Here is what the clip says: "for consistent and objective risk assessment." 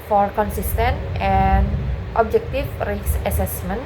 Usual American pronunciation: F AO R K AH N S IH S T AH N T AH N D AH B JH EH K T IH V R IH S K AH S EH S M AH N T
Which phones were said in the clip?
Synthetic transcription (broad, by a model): F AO R K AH N S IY S T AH N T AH N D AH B JH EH K T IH F R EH S AH S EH S M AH N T